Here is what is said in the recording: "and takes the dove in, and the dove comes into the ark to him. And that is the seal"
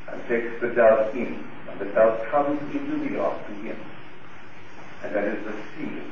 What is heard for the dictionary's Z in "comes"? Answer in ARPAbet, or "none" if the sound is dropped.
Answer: Z